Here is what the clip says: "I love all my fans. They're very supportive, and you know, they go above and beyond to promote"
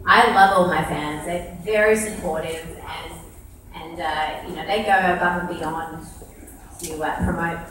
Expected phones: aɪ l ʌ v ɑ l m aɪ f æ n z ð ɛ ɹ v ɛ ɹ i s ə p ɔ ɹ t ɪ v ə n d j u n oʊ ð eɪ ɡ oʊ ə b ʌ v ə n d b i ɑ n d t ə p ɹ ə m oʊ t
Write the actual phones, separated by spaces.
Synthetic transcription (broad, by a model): aɪ l ʌ v ɑ l m aɪ f æ n z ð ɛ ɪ v ɛ ɹ i s ə p ɔ ɹ t ɪ v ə n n j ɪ n oʊ ð eɪ ɡ oʊ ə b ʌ p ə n b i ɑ n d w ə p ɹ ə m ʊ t